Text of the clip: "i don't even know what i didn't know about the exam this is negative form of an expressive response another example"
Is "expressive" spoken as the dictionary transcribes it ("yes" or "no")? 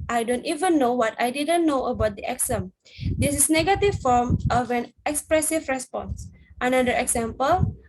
yes